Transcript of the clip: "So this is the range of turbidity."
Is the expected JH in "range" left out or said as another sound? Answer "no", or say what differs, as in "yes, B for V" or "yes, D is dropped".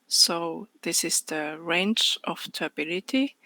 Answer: yes, CH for JH